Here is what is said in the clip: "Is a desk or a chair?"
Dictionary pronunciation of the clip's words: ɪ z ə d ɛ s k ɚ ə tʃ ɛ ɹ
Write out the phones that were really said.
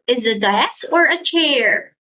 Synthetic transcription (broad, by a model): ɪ z ə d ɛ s ɚ ə tʃ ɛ ɹ